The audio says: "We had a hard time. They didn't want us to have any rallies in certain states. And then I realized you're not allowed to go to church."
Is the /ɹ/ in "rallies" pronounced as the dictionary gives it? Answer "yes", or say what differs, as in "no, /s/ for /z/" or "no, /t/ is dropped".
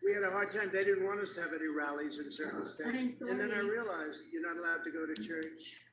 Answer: yes